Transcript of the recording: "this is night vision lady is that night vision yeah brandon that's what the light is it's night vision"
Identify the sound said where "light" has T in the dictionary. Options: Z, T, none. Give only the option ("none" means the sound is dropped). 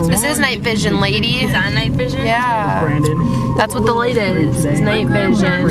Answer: none